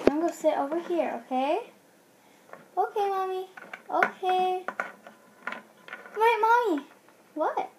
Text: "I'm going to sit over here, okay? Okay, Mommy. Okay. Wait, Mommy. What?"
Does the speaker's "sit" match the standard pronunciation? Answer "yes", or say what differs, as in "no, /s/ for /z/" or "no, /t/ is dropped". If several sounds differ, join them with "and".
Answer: yes